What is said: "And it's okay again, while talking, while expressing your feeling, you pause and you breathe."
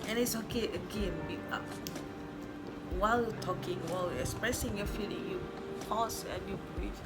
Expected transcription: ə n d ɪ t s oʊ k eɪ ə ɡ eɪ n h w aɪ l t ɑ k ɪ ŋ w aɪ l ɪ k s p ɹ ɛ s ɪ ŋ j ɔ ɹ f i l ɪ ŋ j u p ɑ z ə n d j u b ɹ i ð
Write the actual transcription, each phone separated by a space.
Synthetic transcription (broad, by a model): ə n ɪ t s oʊ k eɪ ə ɡ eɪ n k w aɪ l t ɑ k ɪ ŋ w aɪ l ɪ k s p ɹ ɛ s ɪ ŋ j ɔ f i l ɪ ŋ j u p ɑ s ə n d j u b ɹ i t